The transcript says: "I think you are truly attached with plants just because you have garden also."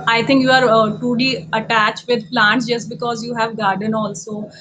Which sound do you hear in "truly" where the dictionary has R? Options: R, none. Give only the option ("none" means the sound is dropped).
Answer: none